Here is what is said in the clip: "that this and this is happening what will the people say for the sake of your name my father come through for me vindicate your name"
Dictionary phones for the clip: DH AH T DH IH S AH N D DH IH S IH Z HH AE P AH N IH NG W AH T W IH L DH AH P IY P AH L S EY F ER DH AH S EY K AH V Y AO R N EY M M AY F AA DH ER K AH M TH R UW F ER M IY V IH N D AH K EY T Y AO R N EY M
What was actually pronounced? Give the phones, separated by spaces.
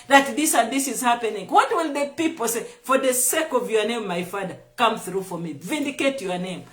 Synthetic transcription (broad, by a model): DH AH T DH IH S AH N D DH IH S IH Z HH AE P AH N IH NG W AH T W IH L DH AH P IY P AH L S EY F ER DH AH S EY K AH V Y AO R N EY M M AY F AA DH ER K AH M TH R UW F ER M IY V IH N D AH K EY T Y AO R N EY M